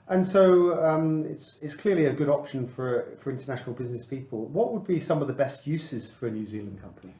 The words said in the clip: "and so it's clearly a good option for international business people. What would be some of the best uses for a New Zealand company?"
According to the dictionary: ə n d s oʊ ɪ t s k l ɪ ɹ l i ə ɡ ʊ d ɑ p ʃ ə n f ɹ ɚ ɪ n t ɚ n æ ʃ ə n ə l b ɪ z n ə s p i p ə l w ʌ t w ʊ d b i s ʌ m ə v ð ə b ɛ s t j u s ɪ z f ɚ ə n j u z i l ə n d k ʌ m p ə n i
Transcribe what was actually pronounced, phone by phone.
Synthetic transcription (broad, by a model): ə n s oʊ ɪ t s k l ɪ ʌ l i ə ɡ ʊ d ɑ p ʃ ə n f ɹ ɚ ɪ n t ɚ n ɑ ʃ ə n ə l b ɪ z n ə s p i p ə l w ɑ t w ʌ d b i s ʌ m ə v ð ə b ɛ s t j u s ɪ z f ɚ ə n j u z i l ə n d k ʌ m p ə n i